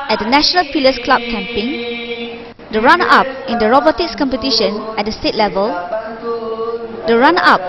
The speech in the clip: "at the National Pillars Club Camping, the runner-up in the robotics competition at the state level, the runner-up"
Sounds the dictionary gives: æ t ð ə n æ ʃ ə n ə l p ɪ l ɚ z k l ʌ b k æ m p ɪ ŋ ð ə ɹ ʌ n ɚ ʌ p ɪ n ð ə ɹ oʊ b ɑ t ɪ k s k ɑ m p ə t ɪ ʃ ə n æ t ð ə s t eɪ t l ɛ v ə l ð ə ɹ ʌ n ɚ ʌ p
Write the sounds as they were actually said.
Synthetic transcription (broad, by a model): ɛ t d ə n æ ʃ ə n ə l f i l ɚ s k l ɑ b k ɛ m p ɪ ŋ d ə ɹ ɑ n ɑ p ɪ n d ə ɹ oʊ b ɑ t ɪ k s k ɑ m p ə t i ʃ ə n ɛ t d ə s t eɪ t l ɛ v ə l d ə ɹ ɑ n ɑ p